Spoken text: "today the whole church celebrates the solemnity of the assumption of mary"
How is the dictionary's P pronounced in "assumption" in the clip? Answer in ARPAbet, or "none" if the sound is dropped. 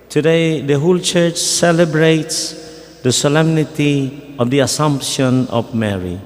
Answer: P